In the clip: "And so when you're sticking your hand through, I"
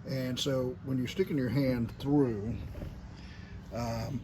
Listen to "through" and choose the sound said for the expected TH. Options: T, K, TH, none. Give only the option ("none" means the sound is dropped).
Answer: TH